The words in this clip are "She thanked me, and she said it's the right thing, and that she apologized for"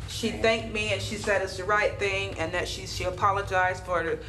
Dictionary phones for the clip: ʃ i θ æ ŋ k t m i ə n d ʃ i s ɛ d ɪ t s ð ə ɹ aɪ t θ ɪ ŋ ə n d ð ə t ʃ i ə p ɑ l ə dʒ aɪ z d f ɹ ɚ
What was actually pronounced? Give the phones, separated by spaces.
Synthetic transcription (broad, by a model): ʃ i θ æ ŋ k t m i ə n ʃ i s ɛ d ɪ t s ð ə ɹ aɪ t θ ɪ ŋ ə n ð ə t ʃ i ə p ɑ l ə dʒ aɪ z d f ɹ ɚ